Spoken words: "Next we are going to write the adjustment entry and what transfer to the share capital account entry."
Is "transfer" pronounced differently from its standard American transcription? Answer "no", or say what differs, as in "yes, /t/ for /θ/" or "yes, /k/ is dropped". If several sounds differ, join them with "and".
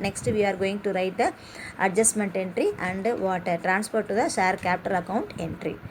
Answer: yes, /p/ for /f/